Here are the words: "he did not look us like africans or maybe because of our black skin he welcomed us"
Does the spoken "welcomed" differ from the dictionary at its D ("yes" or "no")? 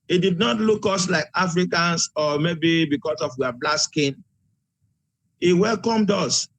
no